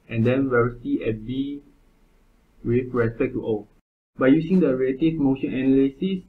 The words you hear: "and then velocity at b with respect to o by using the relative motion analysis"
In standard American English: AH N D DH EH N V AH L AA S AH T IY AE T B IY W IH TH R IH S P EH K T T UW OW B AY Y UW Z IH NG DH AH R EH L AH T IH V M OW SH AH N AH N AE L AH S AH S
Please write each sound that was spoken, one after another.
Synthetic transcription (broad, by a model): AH N D EH N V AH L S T IY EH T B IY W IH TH R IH S P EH K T T UW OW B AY Y UW S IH NG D AH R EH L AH T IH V M OW SH AH N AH N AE L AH S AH S